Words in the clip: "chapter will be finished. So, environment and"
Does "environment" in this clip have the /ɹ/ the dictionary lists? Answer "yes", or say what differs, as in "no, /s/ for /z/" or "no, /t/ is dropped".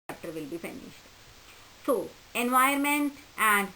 no, /ɹ/ is dropped